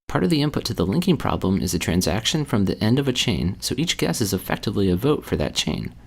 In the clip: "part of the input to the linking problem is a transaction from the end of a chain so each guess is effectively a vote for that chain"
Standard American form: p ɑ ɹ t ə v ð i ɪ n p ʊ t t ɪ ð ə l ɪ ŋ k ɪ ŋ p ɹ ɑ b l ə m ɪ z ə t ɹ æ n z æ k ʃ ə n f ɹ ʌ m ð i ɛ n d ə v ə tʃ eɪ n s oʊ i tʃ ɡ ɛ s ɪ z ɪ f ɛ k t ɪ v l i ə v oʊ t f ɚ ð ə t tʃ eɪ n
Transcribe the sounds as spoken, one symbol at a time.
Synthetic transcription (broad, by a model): p ɑ ɹ t ə v ð i ɪ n p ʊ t t ɪ ð ə l ɪ ŋ k ɪ ŋ p ɹ ɑ b l ə m ɪ z ə t ɹ æ n z æ k ʃ ə n f ɹ ʌ m ð i ɛ n d ə v ə tʃ eɪ n s oʊ i tʃ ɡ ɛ s ɪ z ɪ f ɛ k t ɪ v l i ə v oʊ t f ɚ ð ə t tʃ eɪ n